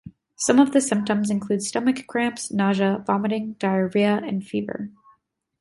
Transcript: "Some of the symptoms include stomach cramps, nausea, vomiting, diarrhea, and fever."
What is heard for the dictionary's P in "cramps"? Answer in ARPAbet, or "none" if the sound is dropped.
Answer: P